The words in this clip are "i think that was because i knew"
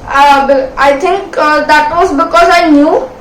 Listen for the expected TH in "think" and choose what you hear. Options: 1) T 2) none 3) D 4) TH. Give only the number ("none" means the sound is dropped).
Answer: 1